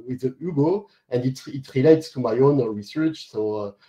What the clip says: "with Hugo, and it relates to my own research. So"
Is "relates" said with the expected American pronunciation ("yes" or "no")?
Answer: yes